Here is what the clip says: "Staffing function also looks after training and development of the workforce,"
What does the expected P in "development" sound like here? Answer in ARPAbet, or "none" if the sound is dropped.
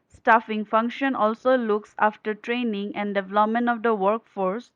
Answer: P